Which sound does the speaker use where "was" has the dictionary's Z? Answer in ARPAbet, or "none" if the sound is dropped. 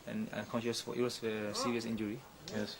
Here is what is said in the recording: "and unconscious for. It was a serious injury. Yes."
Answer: S